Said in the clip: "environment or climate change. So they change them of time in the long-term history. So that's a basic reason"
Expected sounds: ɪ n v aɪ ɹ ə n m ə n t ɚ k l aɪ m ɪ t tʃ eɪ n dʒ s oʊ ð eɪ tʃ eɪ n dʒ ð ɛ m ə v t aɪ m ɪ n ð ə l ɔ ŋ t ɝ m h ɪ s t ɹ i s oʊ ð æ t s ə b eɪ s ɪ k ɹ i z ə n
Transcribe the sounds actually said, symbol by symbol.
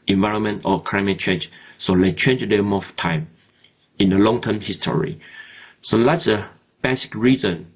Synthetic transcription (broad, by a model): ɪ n v aɪ ɹ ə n m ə n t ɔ k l aɪ m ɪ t tʃ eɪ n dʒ s oʊ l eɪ tʃ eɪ n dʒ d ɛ m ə f t aɪ m ɪ n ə l ɔ ŋ t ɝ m h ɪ s t ɹ i s oʊ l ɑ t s ə b eɪ s ɪ k ɹ i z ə n